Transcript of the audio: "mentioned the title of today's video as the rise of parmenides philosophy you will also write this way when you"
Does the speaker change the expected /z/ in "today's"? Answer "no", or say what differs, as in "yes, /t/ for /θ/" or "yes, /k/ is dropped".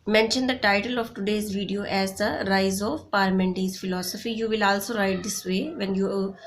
no